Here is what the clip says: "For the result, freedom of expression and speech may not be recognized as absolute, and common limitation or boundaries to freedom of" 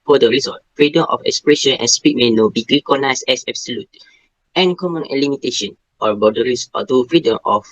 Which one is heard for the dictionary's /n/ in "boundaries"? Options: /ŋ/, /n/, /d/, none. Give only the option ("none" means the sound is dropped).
none